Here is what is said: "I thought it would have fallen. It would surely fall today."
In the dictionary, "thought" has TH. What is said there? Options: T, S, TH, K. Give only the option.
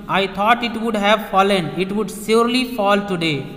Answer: T